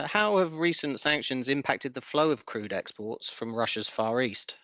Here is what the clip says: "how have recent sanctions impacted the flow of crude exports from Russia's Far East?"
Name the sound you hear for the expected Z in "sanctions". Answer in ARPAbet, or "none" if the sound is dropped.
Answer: Z